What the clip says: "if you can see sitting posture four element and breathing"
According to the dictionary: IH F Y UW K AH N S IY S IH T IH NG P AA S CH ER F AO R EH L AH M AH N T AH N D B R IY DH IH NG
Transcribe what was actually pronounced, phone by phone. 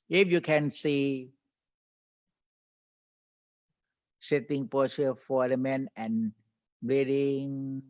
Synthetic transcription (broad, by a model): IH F Y UW K AH N S IY S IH T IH NG P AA CH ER F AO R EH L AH M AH N AH N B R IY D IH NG